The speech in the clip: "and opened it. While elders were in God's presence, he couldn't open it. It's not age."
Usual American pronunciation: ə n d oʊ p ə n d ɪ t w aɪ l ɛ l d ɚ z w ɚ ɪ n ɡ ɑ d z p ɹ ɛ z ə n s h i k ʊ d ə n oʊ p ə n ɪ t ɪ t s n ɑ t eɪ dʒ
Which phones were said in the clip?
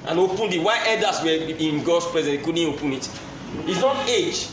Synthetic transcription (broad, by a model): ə n oʊ p ə n d ɪ t w aɪ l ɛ d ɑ s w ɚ ɪ n ɡ ɑ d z p ɹ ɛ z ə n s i k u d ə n oʊ p ə n ɪ t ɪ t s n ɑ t eɪ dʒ